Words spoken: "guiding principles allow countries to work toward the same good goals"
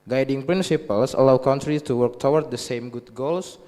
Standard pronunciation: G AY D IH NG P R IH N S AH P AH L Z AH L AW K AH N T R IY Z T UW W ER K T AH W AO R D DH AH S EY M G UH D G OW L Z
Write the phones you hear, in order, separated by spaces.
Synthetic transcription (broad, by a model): G AY D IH NG P R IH N S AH P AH L S AH L AW K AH N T R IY T UW W ER K T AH W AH R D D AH S EY M G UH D G OW L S